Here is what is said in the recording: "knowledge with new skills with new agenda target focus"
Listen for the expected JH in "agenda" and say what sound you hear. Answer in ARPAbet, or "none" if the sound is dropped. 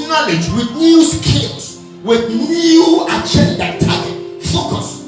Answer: CH